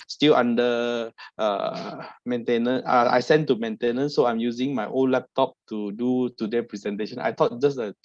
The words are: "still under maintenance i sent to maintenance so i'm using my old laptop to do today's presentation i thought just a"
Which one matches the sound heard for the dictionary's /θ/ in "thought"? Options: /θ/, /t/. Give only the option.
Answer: /t/